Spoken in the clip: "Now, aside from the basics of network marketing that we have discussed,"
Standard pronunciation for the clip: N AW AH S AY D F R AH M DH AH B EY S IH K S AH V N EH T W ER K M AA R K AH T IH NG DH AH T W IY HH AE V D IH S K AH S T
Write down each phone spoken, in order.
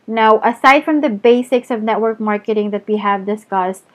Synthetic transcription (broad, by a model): N AW AH S AY D F R AH M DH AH B EY S IH K S AH V N EH T W ER K M AA R K AH T IH NG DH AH T W IY HH AE V D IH S K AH S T